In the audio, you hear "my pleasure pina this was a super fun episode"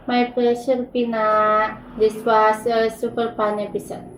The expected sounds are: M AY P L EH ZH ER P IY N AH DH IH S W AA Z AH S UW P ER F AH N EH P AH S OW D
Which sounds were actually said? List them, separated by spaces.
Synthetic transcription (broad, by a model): M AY P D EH SH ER P IY N AH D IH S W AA S AH S UW P ER P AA N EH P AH S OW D